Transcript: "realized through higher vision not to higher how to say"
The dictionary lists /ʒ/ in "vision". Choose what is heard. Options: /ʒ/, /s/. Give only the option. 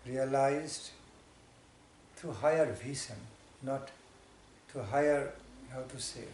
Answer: /s/